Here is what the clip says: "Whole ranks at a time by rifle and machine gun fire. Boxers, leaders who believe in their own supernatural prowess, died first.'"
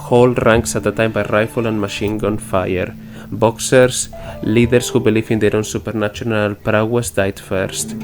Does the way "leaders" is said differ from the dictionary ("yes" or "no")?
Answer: yes